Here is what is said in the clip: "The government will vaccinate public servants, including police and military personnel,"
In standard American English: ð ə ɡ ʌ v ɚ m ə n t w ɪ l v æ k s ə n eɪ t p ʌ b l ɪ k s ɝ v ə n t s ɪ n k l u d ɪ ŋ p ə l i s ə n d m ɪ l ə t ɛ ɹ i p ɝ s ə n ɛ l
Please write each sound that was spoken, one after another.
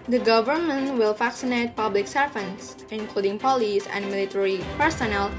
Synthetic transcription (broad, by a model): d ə ɡ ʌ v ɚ m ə n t w ɪ l f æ k s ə n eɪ t p ʌ b l ɪ k s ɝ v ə n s ɪ n k l u d ɪ ŋ p ə l i s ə n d m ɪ l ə t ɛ ɹ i p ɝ s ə n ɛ l